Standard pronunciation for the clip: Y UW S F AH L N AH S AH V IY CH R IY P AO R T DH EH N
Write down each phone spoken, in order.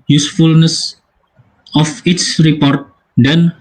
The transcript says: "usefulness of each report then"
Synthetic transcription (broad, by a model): Y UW S F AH L N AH S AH F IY S R IY P AO R T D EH N